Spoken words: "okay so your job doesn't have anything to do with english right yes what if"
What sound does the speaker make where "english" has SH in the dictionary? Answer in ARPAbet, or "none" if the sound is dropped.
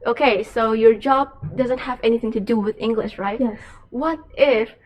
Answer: SH